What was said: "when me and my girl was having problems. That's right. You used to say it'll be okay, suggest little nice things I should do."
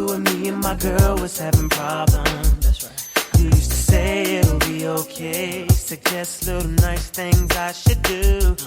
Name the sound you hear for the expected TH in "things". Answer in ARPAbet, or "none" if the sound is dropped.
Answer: TH